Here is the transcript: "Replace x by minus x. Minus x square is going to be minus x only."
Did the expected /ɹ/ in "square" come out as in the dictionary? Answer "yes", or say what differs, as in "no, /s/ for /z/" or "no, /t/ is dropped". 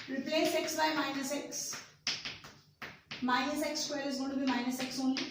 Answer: no, /l/ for /ɹ/